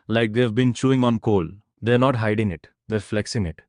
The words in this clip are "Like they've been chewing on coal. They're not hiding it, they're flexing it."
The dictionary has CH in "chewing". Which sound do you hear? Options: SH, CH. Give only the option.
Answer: CH